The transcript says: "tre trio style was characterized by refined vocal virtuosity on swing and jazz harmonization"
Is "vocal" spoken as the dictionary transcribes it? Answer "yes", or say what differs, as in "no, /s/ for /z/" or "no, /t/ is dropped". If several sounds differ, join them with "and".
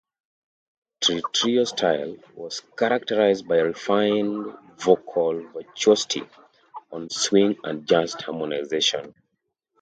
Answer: yes